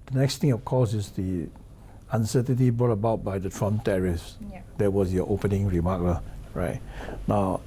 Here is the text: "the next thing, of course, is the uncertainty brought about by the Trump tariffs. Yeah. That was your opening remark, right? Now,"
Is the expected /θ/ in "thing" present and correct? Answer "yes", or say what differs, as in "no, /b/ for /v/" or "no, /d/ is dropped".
no, /t/ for /θ/